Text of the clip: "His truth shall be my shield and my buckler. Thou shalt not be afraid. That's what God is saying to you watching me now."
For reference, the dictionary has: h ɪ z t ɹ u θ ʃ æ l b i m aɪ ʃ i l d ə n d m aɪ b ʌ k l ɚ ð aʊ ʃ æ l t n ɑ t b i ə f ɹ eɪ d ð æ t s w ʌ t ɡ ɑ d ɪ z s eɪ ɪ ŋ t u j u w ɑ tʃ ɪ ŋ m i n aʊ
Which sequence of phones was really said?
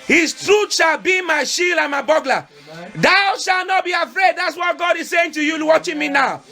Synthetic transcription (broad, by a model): h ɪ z t ɹ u t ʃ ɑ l b i m aɪ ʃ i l ə n m aɪ b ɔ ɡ l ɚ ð aʊ ʃ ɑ l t n ɑ t b i ə f ɹ eɪ d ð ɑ t s w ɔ t ɡ ɑ d ɪ z s eɪ ɪ ŋ t u j u w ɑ tʃ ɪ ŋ m i n aʊ